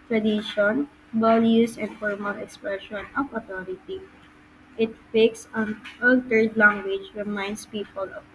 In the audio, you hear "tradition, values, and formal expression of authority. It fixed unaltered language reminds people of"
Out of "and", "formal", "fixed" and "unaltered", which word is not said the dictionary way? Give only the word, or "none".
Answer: fixed